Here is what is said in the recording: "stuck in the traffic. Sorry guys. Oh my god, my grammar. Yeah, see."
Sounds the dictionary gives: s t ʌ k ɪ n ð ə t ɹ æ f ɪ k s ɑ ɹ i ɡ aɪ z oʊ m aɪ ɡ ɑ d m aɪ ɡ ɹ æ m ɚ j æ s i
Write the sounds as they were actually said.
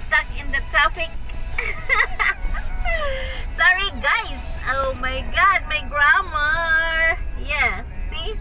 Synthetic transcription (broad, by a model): s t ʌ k ɪ n ð ə t ɑ p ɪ k s ɑ ɹ i ɡ aɪ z oʊ m aɪ ɡ ɑ d m aɪ ɡ ɹ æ m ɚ j æ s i